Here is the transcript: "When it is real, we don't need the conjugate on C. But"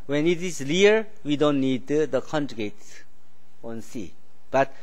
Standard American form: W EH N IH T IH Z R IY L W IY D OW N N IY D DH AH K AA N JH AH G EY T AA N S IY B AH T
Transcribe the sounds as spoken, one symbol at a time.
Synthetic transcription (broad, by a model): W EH N IH T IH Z L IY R W IY D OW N N IY D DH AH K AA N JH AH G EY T AA N S IY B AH T